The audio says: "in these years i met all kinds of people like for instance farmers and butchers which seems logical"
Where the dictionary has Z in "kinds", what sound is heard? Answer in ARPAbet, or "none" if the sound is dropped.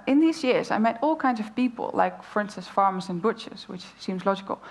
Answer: Z